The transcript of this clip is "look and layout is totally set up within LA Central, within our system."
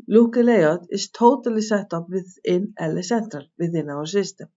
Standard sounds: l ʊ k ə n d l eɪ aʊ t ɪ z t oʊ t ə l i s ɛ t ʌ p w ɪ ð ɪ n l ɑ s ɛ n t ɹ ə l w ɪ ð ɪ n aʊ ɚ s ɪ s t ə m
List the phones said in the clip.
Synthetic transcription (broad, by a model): l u k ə l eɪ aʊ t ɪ s t oʊ t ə l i s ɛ t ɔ p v ɪ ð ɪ n l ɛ s ɛ n t ɹ ə l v ɪ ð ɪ n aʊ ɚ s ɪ s t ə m